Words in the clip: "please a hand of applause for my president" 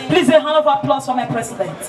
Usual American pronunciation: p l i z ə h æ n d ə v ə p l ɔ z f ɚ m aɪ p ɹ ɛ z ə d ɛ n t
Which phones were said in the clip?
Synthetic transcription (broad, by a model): p l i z ə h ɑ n ə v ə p l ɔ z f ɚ m aɪ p ɹ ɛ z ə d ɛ n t